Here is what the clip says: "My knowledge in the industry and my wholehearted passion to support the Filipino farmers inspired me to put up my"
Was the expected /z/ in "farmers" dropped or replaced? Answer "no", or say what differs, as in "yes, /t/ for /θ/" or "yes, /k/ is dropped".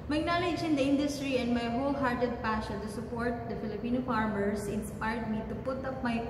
yes, /s/ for /z/